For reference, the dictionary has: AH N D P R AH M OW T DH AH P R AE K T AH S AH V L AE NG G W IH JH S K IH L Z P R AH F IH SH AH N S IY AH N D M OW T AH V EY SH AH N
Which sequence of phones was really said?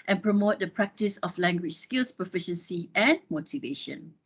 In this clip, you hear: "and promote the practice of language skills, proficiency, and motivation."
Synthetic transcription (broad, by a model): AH N P R AH M OW T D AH P R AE K T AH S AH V L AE NG G W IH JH S K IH L S P AH F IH SH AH N S IY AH N M OW T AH V EY SH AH N